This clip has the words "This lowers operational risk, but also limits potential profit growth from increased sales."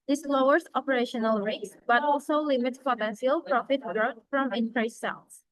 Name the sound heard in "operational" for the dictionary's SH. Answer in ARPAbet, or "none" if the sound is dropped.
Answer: SH